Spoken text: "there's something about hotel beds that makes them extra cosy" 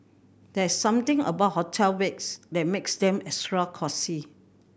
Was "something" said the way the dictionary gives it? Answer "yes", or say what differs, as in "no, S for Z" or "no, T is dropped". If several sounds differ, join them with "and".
no, T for TH